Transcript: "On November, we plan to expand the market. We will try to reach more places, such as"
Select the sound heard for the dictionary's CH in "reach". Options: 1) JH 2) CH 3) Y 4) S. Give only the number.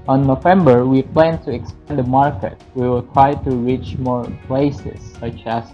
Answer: 2